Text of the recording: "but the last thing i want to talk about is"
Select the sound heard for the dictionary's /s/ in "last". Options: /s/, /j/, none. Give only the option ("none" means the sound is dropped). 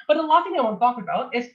none